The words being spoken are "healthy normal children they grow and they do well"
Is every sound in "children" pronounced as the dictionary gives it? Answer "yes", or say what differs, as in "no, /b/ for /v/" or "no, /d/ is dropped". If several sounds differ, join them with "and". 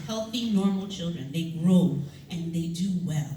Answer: yes